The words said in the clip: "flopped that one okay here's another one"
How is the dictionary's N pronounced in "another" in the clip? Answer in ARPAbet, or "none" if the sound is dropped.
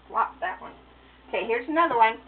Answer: N